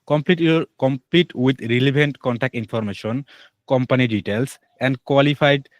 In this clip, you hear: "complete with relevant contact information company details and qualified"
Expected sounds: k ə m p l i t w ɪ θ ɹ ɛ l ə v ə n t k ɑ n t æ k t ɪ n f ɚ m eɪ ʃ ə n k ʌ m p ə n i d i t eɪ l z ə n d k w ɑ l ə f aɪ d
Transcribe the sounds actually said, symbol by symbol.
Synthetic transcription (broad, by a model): k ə m p l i t w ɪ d ɹ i l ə b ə n t k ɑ n t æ k t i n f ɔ m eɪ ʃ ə n k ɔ m p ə n i d i t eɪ l s ə n d k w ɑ l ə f aɪ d